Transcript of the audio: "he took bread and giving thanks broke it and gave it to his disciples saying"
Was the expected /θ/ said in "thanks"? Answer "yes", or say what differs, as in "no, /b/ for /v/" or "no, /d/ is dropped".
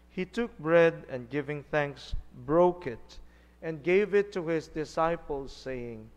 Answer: yes